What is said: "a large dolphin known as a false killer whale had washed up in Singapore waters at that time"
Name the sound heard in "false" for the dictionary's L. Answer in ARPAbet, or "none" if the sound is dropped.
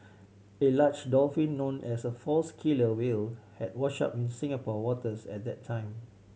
L